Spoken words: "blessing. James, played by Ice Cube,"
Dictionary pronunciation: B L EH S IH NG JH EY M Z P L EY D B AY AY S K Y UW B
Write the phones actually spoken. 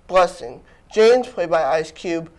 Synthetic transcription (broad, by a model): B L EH S IH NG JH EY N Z F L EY B AY AY S K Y UW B